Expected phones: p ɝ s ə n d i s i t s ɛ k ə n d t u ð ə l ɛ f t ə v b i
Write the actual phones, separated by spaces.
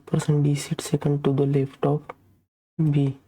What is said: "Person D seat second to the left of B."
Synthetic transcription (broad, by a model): p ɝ s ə n d i s i t s ɛ k ə n d t u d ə l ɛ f t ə p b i